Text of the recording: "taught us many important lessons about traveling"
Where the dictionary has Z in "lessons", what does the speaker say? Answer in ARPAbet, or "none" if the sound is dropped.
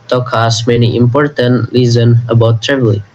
none